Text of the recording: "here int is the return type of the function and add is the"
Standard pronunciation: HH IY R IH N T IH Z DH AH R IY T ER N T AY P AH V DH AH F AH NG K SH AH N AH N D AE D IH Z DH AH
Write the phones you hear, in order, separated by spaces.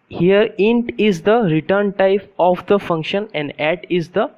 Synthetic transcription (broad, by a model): HH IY R IH N T IH Z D AH R IY T ER N T AY P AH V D AH F AH NG K SH AH N AH N D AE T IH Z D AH